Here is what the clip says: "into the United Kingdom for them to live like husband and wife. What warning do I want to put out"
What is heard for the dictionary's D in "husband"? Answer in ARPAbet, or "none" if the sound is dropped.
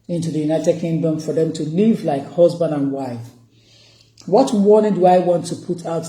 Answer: D